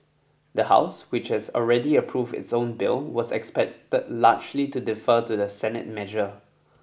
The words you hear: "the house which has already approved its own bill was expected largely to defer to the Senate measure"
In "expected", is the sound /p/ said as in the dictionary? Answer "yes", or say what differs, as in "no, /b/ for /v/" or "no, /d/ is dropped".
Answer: yes